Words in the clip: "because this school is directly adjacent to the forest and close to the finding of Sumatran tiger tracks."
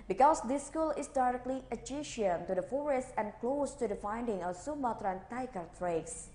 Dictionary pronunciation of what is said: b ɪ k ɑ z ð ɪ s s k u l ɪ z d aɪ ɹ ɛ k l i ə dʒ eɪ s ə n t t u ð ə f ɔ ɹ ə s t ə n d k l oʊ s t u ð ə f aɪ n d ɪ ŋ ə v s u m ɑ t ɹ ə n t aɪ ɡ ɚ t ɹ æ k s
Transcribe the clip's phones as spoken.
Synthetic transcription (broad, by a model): b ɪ k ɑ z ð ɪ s s k u l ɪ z d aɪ ɹ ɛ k l i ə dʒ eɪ ʃ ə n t t u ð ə f ɔ ɹ ə s t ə n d k l oʊ s t u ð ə f aɪ n d ɪ ŋ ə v s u m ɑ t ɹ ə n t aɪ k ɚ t ɹ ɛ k s